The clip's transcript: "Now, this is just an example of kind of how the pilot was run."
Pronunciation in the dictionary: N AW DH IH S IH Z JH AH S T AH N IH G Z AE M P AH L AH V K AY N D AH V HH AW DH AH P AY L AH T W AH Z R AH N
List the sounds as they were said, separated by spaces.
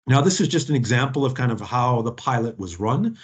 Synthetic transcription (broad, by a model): N AW DH IH S IH Z JH AH S T N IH G Z AE M P L AH V K AY N D AH V HH AW DH AH P AY L AH T W AH Z R AH N